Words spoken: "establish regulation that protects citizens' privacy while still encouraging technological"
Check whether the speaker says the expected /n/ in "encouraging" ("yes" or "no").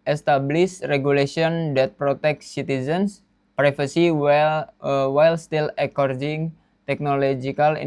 no